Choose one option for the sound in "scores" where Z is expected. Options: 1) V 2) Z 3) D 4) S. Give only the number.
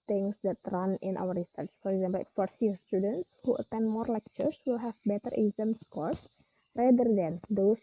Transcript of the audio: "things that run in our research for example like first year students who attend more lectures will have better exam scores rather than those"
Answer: 4